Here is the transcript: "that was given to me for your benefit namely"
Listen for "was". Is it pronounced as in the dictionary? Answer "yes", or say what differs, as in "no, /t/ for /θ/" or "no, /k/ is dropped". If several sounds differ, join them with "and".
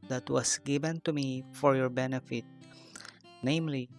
no, /s/ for /z/